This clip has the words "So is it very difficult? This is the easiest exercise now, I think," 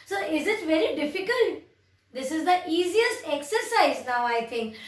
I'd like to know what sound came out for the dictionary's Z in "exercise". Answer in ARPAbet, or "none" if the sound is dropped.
Z